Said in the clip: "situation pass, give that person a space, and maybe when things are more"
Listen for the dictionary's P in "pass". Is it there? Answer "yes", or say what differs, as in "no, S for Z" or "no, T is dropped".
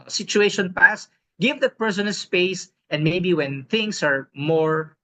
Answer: yes